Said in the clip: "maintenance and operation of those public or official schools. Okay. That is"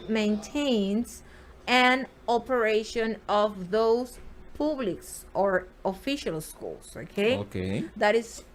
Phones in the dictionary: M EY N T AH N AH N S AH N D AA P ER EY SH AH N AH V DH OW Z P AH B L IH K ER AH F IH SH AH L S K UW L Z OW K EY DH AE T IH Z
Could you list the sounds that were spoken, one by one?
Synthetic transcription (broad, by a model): M EY N T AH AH N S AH N AA P ER EY SH AH N AH V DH OW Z P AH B L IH K ER AH F IH SH AH L S K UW L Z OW K EY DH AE T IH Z